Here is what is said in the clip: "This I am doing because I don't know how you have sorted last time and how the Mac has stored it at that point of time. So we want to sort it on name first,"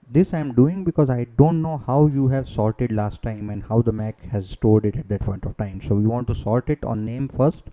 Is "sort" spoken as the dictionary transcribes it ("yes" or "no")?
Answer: no